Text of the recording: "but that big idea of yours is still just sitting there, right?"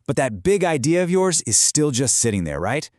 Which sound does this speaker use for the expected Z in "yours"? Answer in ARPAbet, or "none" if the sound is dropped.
Z